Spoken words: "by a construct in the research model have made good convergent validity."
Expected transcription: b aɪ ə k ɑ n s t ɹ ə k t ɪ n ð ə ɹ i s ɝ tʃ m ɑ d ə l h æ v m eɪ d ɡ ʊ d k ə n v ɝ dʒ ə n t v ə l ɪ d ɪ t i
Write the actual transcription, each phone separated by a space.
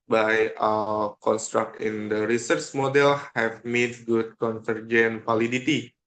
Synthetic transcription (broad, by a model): b aɪ ə k ɑ n s t ɹ ə k t ɪ n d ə ɹ i s ɝ tʃ m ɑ d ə l h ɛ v m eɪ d ɡ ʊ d k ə n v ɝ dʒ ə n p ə l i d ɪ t i